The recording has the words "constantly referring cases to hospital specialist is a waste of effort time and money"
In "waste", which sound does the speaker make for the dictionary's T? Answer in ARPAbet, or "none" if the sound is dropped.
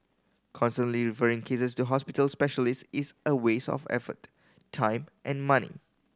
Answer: none